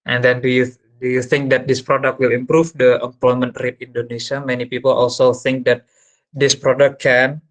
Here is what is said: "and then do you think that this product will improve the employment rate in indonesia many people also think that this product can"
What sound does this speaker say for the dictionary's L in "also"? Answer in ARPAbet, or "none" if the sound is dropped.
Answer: L